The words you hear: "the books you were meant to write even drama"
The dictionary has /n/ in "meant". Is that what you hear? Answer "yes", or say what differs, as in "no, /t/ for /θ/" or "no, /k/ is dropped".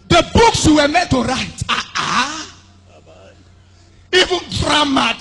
no, /n/ is dropped